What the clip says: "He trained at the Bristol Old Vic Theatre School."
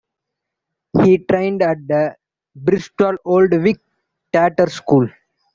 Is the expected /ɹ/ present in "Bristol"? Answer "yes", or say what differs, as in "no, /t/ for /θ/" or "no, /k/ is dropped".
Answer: yes